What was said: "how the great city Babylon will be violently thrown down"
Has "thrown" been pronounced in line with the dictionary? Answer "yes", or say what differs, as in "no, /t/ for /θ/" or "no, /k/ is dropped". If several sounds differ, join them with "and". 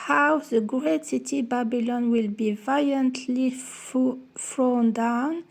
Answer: no, /f/ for /θ/